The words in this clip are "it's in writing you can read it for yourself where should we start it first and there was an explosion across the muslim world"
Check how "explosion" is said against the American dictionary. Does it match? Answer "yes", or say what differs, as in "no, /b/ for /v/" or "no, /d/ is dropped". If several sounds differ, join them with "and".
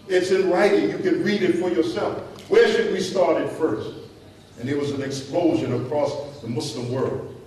yes